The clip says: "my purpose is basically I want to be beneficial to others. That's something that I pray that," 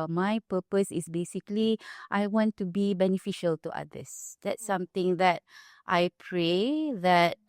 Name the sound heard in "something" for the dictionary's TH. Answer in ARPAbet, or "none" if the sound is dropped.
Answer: T